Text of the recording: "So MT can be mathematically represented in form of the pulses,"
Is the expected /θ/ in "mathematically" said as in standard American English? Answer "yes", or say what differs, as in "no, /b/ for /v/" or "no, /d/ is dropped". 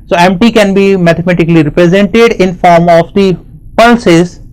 no, /t/ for /θ/